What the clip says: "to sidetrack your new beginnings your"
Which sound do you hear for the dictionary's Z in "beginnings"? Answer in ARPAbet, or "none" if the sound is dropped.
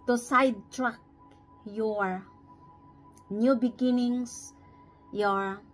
S